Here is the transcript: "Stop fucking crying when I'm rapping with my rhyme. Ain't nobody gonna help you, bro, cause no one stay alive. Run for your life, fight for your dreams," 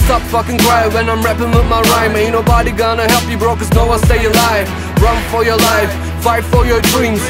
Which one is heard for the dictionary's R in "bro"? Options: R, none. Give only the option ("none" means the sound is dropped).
R